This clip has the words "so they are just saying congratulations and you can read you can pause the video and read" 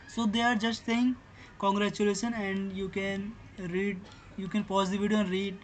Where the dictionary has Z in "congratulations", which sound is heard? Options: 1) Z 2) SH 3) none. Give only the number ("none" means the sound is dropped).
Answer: 3